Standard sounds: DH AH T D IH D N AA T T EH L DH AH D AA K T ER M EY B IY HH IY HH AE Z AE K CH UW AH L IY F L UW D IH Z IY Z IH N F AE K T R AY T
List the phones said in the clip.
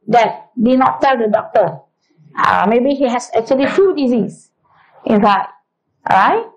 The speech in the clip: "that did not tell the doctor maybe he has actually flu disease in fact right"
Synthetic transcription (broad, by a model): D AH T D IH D N AA T T EH L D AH D AA K T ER M EY B IY HH IY HH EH S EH K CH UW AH L IY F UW D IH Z IY S IH N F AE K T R AY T